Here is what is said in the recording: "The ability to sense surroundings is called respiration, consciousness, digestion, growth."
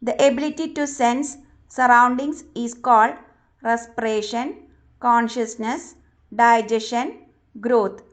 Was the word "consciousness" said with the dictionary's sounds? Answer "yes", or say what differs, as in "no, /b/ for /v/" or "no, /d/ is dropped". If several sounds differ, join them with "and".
yes